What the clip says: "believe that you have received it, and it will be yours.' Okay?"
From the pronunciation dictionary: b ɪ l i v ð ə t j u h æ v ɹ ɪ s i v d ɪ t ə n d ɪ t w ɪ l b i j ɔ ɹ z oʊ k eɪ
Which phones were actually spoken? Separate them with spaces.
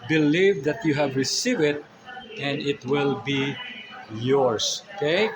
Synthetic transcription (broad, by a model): b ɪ l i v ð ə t j u h æ v ɹ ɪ s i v ɪ t ə n d ɪ t w ɪ l b i j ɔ ɹ s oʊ k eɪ